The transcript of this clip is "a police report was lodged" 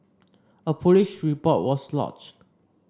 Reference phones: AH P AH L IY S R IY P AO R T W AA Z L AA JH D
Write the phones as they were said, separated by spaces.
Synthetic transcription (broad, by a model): AH P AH L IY SH R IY P AO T W AA S L AA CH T